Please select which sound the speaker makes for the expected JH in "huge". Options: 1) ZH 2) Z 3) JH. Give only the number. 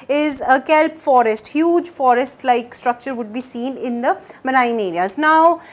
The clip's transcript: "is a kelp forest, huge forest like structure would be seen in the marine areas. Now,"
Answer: 3